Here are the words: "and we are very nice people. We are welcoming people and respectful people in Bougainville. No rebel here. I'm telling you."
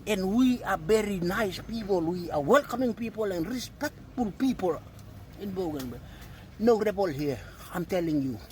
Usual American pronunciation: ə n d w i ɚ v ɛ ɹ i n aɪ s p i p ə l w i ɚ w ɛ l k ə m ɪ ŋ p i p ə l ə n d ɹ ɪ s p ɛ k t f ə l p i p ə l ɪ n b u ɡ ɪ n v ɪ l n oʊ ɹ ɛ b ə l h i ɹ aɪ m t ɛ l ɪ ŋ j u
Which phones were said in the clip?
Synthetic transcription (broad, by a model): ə n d w i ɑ b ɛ ɹ i n aɪ s p i p ə l w i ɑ w ɛ l k ə m ɪ ŋ p i p ə l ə n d ɹ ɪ s p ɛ k t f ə l p i p ə l ɪ n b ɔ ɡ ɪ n b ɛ n oʊ ɹ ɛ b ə l h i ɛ aɪ m t ɛ l ɪ ŋ j u